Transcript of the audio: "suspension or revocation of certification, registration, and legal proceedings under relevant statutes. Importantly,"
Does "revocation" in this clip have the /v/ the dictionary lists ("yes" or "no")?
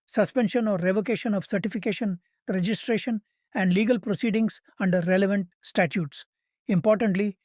yes